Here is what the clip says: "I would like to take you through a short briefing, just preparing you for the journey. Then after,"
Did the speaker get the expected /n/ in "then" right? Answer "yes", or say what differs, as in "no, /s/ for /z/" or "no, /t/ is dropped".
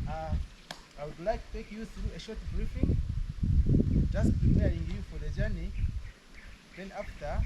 yes